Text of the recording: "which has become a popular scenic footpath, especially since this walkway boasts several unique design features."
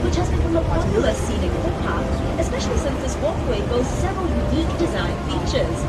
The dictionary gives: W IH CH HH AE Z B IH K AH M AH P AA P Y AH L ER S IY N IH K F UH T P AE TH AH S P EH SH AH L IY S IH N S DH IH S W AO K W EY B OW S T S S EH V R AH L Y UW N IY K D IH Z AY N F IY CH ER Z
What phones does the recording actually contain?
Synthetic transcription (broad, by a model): W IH CH HH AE Z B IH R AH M AH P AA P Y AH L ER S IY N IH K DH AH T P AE T AH S P EH SH AH L IY S IH N S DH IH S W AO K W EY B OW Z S S EH V R AH L Y UW N IY K D IH Z AY N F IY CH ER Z